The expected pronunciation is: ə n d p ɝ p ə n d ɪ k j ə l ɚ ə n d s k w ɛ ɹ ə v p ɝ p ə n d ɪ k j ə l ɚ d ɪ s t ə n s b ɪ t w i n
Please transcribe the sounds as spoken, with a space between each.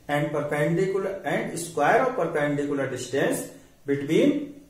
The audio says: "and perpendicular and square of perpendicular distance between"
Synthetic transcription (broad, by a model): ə n d p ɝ p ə n d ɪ k j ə l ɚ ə n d s k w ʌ ɹ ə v p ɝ p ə n d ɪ k j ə l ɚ d ɪ s t ə n s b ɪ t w i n